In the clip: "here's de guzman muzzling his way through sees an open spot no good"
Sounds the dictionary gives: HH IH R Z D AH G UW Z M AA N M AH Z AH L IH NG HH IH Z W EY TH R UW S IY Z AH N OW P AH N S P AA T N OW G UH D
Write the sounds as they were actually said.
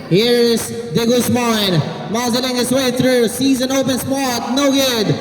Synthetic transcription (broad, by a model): HH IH R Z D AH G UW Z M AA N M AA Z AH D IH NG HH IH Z W EY TH R UW S IY Z AH N OW P AH N S P AA T N OW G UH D